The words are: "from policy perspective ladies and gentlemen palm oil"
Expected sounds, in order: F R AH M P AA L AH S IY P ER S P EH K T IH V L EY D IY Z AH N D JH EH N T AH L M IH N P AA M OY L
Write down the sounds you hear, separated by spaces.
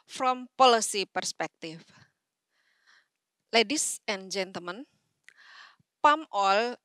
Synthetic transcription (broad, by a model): F R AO M P AA L AH S IY P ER S P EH K T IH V L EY D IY S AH N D JH EH N T AH L M IH N P AA M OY L